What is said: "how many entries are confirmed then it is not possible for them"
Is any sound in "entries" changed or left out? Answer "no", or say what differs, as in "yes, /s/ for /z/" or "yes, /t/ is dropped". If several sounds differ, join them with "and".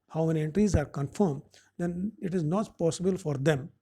no